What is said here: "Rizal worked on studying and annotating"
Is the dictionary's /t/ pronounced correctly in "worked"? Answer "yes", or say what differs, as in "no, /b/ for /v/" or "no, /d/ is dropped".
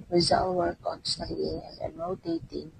no, /t/ is dropped